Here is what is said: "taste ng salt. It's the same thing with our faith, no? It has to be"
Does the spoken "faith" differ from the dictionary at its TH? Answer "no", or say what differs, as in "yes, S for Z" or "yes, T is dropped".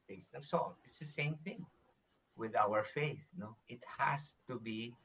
no